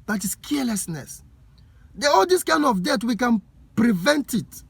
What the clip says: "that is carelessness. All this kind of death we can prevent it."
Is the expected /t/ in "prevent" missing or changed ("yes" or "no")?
no